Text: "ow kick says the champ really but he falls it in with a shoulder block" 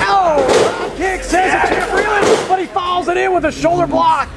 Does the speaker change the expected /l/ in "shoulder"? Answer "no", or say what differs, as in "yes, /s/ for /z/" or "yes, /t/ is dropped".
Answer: no